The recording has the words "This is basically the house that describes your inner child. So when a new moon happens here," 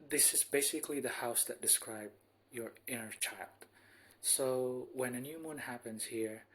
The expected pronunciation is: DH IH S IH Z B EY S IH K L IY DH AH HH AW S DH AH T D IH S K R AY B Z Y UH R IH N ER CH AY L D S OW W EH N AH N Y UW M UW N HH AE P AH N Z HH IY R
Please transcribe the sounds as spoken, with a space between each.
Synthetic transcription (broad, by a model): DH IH S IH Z B EY S IH K L IY DH AH HH AW S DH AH T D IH S K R AY B Y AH R IH N ER CH AY L D S OW W EH N AH N Y UW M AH N HH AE P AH N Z HH IY R